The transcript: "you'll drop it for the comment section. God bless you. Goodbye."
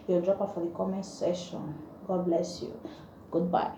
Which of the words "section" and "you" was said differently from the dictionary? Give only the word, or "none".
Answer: section